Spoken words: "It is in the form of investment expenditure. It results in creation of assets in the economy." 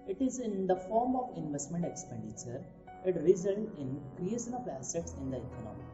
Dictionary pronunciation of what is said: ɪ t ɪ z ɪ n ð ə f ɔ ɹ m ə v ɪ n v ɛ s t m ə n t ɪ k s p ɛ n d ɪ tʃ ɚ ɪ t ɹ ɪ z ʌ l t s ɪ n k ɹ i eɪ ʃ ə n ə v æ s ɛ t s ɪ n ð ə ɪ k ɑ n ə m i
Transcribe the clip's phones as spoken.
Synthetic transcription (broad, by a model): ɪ t ɪ z ɪ n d ə f ɔ ɹ m ə v ɪ n v ɛ s t m ə n t ɪ k s p ɛ n d ɪ tʃ ɚ ɪ t ɹ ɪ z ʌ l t ɪ n k ɹ i eɪ ʃ ə n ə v æ s ɛ t s ɪ n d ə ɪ k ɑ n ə m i